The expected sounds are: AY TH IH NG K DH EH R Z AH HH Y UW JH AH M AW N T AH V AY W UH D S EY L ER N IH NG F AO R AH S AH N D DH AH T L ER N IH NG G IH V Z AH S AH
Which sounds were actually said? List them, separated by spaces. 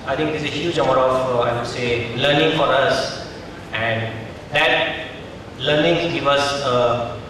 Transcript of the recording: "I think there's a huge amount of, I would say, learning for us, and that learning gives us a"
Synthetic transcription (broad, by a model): AY T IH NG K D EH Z AH HH Y UW JH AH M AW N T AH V AY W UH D S EY L ER N IH NG F AO R AH S AH N D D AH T L ER N IH NG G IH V AH S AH